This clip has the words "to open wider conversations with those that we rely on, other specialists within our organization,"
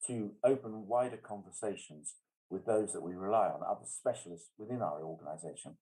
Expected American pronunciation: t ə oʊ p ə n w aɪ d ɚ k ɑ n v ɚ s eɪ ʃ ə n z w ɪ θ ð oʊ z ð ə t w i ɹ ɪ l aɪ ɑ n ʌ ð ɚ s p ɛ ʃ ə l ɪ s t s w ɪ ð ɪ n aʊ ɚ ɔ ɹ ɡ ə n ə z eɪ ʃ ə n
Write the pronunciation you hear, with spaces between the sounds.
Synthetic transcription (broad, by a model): t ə oʊ p ə n w aɪ d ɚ k ɑ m v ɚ s eɪ ʃ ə n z w ɪ ð oʊ z ð ə t w i ɹ ɪ l aɪ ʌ n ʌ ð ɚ s p ɛ ʃ ə l ɪ s t s w ɪ ð ɪ n aʊ ɚ ɔ ɡ ə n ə z eɪ ʃ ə n